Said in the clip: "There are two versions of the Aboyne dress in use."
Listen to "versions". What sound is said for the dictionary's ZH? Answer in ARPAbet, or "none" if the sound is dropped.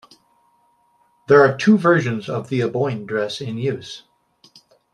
ZH